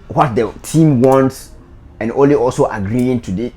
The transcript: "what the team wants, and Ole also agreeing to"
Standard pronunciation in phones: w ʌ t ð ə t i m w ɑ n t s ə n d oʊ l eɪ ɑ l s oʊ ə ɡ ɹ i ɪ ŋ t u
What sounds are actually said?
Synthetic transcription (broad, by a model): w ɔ t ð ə t i m w ɑ n t s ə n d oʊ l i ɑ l s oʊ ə ɡ ɹ i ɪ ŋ t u